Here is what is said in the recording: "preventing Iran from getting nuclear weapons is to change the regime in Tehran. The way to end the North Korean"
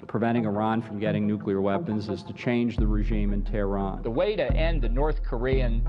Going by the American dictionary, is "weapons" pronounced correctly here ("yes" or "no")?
yes